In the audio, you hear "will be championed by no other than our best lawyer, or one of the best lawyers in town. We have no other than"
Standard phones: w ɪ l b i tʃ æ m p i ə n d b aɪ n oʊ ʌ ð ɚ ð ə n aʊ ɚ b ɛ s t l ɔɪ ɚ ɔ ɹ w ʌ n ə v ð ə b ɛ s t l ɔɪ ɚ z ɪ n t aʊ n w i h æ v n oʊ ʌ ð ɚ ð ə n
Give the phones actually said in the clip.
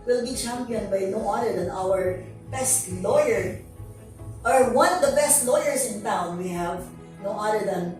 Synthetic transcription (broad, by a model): w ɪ l b i tʃ æ m p i ə n d b aɪ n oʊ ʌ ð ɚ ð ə n aʊ ɚ b ɛ s t l ɔɪ ɚ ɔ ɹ w ʌ n ə v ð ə b ɛ s t l ɔɪ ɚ s ɪ n t aʊ n w i h æ v n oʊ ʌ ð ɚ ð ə n